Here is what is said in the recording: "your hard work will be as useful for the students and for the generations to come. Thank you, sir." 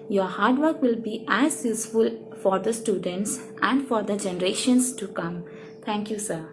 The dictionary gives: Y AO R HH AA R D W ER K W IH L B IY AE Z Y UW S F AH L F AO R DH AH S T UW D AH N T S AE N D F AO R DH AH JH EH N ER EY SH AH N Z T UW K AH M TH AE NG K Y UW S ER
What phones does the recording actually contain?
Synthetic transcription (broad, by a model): Y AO R HH AA R D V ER K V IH L B IY AE Z Y UW S F AH L F AO R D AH S T UW D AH N T S AE N D F AO R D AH JH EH N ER EY SH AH N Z T UW K AH M T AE NG K Y UW S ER